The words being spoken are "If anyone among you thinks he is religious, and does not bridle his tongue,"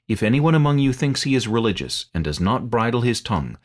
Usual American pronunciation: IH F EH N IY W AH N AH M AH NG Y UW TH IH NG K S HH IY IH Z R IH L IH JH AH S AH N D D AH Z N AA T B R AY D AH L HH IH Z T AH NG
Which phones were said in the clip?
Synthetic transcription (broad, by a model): IH F EH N IY W AH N AH M AH NG Y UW TH IH NG K S HH IY IH Z R IH L IH JH AH S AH N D D AH Z N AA T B R AY D L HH IH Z T AH NG